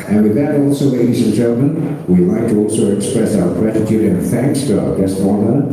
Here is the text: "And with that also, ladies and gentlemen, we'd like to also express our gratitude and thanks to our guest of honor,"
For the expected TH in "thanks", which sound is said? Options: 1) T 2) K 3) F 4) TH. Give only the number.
4